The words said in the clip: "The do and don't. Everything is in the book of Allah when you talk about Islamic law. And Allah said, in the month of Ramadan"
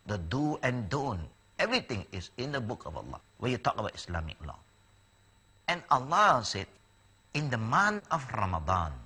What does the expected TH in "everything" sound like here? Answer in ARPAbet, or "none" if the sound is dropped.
T